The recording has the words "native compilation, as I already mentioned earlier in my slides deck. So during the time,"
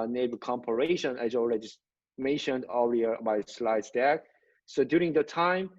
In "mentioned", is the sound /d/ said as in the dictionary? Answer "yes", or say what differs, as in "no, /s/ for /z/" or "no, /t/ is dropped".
yes